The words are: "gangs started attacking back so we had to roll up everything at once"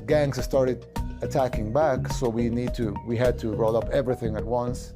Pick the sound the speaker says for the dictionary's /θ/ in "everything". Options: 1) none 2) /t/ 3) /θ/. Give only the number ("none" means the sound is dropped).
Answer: 3